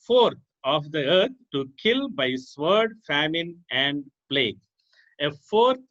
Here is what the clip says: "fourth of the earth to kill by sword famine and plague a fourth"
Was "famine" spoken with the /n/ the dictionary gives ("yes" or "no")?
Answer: yes